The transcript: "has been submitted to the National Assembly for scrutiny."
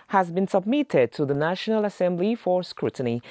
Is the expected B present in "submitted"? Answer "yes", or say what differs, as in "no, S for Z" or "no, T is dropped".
yes